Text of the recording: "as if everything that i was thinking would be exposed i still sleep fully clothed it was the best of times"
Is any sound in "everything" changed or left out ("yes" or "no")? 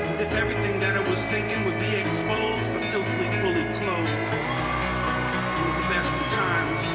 no